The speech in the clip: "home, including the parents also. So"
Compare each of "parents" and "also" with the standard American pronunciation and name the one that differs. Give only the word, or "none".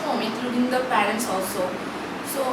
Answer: none